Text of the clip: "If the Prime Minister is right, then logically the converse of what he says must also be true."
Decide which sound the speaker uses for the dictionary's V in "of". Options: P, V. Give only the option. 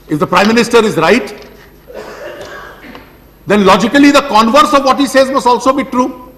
V